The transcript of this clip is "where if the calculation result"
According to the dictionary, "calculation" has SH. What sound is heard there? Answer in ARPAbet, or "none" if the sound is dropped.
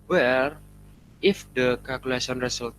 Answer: S